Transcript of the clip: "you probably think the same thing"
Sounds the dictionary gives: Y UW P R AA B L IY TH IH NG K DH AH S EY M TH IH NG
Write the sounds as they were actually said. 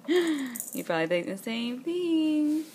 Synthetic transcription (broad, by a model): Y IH P R AA B L IY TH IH K DH AH S EY M TH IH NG